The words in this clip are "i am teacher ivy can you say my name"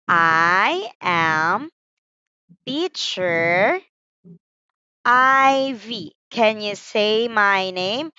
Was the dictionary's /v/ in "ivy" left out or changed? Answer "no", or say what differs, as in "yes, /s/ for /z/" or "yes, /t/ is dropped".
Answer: no